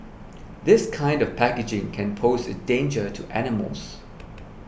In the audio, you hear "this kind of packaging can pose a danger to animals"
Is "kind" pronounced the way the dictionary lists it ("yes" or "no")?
yes